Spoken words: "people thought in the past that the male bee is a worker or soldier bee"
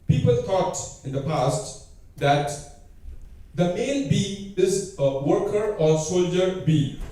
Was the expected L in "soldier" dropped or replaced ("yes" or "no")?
no